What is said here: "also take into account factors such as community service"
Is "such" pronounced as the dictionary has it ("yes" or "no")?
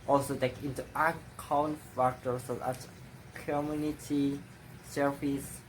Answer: no